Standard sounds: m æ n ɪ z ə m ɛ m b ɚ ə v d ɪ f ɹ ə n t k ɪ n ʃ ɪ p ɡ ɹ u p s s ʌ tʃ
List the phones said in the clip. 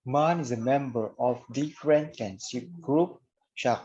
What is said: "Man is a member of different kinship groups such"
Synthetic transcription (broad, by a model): m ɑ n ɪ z ə m ɛ m b ɚ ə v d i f ɹ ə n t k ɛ n s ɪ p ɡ ɹ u p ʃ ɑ